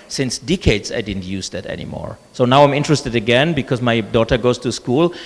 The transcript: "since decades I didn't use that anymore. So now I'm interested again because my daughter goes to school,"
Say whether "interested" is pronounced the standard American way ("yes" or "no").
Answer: yes